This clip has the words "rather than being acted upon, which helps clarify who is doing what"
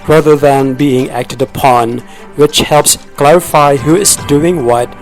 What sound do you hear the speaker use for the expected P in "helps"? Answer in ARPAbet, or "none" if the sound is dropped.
P